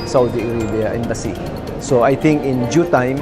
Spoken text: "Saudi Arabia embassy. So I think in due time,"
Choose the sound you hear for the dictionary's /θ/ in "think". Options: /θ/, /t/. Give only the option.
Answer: /t/